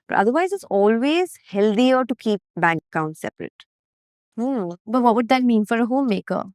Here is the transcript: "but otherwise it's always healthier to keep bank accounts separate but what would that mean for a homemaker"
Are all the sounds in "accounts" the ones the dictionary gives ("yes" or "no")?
no